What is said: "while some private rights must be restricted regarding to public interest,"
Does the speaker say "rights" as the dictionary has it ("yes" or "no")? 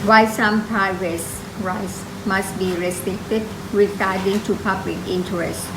yes